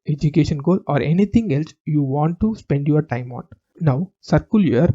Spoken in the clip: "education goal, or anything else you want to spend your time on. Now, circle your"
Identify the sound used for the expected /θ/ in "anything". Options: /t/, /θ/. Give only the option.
/t/